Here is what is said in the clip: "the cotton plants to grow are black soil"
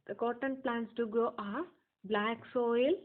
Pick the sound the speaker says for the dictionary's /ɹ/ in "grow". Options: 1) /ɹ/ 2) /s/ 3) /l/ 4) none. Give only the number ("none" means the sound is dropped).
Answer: 4